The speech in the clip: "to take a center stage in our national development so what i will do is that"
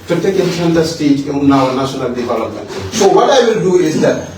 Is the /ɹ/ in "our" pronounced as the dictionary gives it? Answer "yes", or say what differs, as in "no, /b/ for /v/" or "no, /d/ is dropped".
no, /w/ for /ɹ/